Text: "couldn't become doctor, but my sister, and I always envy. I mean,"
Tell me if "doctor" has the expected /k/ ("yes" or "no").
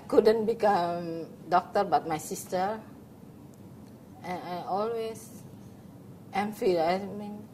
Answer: yes